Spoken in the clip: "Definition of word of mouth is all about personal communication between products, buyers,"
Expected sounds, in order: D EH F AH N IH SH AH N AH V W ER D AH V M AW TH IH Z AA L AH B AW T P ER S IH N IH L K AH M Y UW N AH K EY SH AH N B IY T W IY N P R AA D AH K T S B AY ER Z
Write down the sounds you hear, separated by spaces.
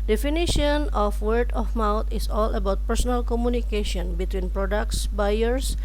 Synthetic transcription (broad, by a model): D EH F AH N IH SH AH N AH F W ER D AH F M AW T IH S AA L AH B AW T P ER S IH N IH L K AH M Y UW N AH K EY SH AH N B IY T W IY N P R AA D AH K T S B AY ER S